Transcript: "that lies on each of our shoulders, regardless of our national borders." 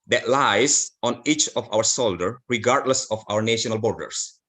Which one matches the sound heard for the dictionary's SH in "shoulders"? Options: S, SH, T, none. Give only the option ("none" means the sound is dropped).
S